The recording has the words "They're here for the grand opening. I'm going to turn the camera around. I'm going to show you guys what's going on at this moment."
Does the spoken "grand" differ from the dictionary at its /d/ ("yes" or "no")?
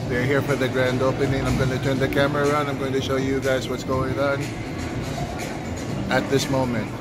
no